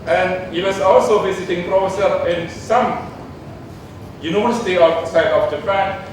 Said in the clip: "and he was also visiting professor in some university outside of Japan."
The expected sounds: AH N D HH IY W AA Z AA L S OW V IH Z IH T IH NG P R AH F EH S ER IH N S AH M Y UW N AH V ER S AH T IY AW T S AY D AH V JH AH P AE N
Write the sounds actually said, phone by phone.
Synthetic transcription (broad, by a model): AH N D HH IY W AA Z AA L S OW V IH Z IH T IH NG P R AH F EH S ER IH N S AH M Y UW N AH ER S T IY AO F S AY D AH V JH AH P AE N